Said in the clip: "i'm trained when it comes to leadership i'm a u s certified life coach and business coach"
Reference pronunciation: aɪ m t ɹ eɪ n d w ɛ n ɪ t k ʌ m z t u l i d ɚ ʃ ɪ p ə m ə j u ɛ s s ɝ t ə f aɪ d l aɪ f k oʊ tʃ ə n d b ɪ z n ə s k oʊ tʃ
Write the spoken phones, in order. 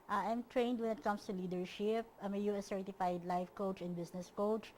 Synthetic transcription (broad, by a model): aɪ m t ɹ eɪ n d w ɛ n ɪ t k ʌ m s t u l i d ɚ ʃ ɪ p ə m ə j u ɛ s s ɝ t ə f aɪ d l aɪ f k oʊ tʃ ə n b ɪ s n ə s k oʊ tʃ